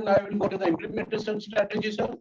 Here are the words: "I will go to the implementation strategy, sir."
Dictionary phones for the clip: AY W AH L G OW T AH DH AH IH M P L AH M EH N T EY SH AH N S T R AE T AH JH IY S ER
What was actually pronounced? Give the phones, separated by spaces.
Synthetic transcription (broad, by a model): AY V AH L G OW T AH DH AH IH M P L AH M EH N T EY S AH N S T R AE T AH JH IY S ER